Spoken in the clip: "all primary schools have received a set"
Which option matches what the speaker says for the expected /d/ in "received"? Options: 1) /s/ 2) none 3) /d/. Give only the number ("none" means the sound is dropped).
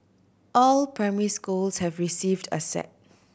3